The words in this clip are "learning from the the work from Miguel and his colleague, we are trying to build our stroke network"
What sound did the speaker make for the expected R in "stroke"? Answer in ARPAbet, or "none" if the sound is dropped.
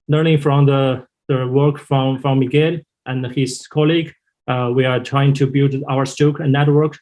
none